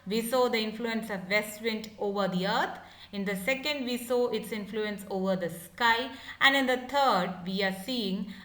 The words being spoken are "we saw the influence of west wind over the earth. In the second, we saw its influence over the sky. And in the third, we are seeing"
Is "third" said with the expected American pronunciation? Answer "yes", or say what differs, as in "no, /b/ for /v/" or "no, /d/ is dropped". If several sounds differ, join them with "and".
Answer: no, /t/ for /θ/